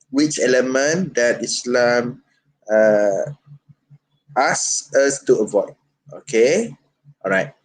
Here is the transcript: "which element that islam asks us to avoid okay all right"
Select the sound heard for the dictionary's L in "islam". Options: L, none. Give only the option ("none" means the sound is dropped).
L